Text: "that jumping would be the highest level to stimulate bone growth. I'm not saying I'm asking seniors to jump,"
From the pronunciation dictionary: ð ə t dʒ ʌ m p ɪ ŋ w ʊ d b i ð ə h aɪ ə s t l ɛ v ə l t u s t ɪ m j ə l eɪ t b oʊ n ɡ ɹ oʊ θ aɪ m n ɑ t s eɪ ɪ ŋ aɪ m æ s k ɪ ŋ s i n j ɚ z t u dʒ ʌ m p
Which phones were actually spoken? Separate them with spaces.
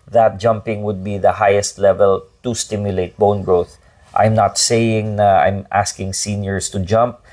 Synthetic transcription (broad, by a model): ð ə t dʒ ʌ m p ɪ ŋ w ʊ d b i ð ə h aɪ ə s t l ɛ v ə l t u s t ɪ m j ə l eɪ t b oʊ n ɡ ɹ oʊ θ aɪ m n ɑ t s eɪ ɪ ŋ aɪ m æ s k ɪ ŋ s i n j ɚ s t u dʒ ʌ m p